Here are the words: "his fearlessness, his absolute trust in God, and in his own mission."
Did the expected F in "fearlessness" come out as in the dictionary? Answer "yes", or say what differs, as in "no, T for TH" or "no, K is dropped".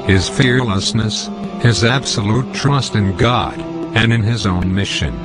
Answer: yes